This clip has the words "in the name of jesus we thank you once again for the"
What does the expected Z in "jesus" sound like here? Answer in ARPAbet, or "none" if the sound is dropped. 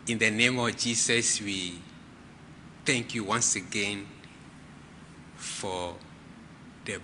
S